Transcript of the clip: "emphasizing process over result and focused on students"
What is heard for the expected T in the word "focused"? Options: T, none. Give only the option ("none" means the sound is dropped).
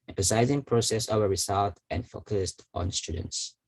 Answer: T